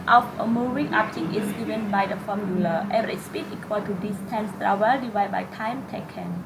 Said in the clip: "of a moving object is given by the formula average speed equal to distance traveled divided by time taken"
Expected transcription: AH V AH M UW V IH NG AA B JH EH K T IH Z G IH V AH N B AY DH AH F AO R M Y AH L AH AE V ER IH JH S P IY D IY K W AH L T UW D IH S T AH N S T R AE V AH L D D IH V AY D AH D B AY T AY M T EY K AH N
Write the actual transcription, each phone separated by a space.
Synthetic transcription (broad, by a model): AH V AH M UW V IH NG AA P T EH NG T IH S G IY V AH N B AY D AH F AO M Y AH L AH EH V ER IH S P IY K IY K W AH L T UW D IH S T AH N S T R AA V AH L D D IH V AY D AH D B AY T AY M T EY K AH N